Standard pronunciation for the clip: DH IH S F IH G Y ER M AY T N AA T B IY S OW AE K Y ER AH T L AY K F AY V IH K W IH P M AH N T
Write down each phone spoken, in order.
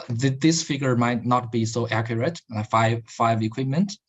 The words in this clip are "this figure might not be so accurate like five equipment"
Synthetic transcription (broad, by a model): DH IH S F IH G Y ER M AY T N AA T B IY S OW AE K Y ER AH T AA AY F AY V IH K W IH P M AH N T